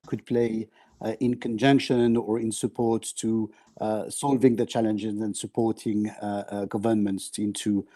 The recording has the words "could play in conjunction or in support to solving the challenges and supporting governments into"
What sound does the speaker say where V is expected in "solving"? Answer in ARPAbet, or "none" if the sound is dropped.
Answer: V